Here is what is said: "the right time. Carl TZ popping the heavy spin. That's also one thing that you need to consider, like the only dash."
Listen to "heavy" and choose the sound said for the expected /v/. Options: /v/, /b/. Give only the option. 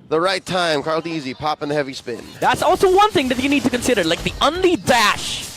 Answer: /v/